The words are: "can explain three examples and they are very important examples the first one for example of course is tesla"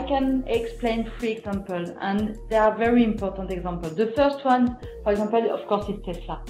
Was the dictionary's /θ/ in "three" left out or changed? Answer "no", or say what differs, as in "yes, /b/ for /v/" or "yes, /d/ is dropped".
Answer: yes, /f/ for /θ/